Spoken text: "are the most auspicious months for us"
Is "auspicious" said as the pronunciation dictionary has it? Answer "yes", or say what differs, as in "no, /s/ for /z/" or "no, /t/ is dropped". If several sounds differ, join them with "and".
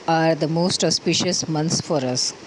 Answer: yes